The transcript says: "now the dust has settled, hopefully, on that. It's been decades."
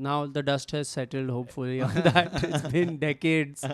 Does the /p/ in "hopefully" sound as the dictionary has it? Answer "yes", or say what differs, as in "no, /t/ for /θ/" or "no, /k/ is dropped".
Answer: yes